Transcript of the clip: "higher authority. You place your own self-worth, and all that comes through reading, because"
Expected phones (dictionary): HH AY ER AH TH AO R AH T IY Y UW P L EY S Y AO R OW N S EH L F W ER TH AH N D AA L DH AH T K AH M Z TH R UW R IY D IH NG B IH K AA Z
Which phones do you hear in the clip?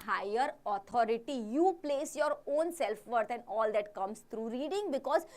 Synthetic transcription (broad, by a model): HH AY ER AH T AO R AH T IY Y UW P L EY S Y AO R OW N S EH L F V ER T AH N D AA L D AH T K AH M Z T R UW R IY D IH NG B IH K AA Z